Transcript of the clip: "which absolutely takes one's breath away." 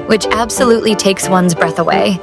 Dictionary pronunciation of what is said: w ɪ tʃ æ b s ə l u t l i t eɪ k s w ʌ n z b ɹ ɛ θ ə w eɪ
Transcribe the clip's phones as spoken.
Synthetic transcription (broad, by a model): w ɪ tʃ æ b s ə l u t l i t eɪ k s w ʌ n z b ɹ ɛ θ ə w eɪ